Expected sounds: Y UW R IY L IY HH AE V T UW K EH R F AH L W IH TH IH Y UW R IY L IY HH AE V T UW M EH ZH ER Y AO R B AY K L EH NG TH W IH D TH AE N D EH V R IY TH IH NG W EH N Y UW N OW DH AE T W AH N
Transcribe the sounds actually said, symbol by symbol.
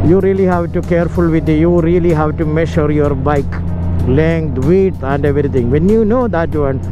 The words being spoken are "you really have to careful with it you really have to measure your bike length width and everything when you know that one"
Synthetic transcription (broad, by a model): Y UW R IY L IY HH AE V T UW K EH R F AH L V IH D IH Y UW R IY L IY HH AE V T UW M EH SH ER Y AO R B AY K L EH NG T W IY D AE N D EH V R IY T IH NG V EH N Y UW N OW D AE T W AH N